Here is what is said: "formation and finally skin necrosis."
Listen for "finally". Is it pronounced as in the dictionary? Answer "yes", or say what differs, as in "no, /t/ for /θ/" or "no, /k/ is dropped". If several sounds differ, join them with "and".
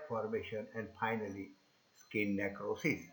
yes